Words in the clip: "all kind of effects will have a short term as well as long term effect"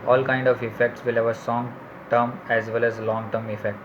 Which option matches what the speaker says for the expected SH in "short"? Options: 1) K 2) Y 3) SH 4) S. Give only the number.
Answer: 4